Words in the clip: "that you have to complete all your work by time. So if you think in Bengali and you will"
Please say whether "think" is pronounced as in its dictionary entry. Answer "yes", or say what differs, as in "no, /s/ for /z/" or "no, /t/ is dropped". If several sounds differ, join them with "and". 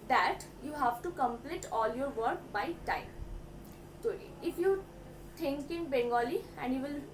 no, /t/ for /θ/